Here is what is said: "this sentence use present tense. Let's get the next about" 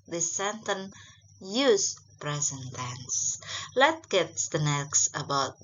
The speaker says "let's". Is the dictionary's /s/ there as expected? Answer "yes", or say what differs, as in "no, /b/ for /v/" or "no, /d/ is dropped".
no, /s/ is dropped